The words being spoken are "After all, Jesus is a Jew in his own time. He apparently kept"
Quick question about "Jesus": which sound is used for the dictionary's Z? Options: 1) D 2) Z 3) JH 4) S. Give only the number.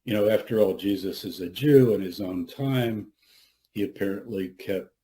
2